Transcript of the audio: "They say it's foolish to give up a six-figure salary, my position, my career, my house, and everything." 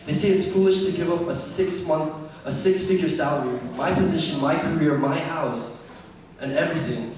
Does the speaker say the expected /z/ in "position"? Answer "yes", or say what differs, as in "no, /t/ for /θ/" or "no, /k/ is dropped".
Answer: yes